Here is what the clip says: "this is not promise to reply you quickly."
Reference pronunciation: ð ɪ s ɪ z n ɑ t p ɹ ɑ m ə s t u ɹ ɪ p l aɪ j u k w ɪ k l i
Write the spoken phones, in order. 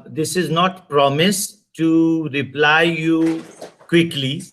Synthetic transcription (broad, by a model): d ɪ s ɪ z n ɑ t p ɹ ɑ m ə s t u ɹ ɪ p l aɪ j u k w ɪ k l i